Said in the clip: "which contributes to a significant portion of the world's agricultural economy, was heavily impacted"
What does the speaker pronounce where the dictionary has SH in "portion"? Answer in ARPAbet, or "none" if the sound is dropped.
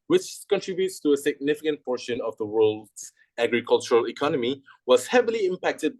SH